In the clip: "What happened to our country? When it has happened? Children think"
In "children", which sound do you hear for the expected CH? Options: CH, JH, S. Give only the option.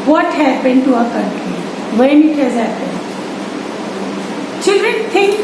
CH